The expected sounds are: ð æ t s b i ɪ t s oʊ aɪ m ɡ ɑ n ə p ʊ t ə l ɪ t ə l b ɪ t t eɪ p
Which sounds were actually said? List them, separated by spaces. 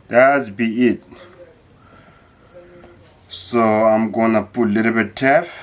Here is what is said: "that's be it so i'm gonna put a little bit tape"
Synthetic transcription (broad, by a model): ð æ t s b i ɪ t s oʊ aɪ m ɡ ɑ n ə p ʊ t l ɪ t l b ɪ t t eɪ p